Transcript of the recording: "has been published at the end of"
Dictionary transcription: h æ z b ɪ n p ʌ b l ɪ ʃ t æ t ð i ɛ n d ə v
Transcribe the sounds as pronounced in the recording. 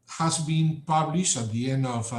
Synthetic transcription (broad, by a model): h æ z b ɪ n p ʌ b l ɪ ʃ t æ t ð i ɛ n d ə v